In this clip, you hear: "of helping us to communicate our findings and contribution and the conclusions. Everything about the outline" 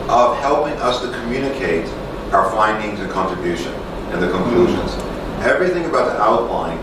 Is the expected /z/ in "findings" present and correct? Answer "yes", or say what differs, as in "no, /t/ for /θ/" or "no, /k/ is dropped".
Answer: yes